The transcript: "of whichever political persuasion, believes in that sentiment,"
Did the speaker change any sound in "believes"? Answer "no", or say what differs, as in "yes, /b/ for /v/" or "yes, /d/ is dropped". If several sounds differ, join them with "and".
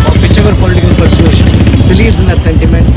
no